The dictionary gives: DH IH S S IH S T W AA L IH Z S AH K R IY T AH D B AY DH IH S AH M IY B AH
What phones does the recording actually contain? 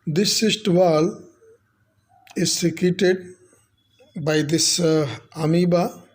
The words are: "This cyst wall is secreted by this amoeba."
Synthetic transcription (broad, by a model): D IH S S IH S T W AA L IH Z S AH K IY T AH D B AY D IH S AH M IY B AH